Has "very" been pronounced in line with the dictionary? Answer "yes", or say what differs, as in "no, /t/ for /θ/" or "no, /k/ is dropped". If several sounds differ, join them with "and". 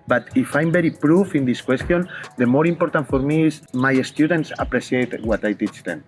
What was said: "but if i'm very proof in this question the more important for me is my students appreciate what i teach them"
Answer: no, /b/ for /v/